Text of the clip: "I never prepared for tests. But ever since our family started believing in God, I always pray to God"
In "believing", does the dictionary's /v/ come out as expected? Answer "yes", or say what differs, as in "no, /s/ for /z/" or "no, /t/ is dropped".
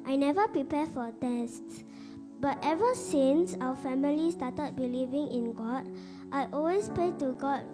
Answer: yes